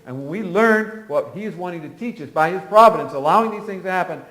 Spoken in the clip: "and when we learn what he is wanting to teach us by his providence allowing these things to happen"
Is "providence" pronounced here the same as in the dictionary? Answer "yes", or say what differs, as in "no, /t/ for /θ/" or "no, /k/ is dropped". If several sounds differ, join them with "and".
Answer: yes